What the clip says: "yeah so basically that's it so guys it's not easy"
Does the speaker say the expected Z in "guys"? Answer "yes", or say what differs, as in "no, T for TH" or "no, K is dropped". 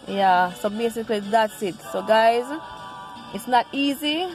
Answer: yes